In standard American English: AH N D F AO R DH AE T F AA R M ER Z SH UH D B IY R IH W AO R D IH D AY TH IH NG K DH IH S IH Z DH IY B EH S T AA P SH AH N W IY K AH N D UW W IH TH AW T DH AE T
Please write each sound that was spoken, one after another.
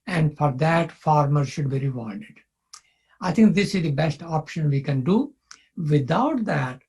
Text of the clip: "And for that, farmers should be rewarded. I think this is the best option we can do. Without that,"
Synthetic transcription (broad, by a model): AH N D F AO R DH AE T F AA R M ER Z SH UH D B IY R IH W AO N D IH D AY T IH NG K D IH S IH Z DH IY B EH S T AA P SH AH N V IY K AH N D UW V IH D AW T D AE T